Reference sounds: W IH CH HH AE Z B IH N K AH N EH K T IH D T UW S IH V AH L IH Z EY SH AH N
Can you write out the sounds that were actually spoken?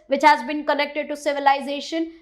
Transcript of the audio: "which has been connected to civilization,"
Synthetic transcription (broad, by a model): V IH CH HH AE Z B IH N K AH N EH K T IH D T UW S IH V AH L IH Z EY SH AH N